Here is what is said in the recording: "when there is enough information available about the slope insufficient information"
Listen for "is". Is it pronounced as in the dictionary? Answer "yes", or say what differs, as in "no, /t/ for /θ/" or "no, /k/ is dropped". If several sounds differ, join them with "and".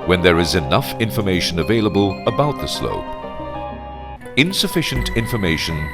yes